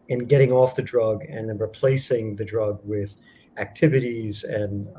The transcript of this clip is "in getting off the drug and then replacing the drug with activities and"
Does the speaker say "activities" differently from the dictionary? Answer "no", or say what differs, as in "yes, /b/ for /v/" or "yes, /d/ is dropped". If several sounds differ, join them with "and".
no